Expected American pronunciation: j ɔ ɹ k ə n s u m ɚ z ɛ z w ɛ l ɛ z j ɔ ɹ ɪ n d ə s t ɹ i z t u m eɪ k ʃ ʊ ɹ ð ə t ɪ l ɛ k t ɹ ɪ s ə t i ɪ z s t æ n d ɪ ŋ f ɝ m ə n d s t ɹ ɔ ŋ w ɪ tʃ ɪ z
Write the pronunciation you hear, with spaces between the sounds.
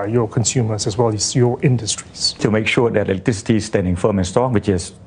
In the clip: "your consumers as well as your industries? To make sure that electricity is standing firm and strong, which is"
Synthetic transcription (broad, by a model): j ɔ k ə n s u m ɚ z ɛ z w ɛ l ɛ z j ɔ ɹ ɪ n d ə s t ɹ i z t u m eɪ k ʃ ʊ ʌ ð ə t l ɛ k t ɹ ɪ s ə t i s t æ n d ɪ ŋ f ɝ m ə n s t ɔ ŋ w ɪ tʃ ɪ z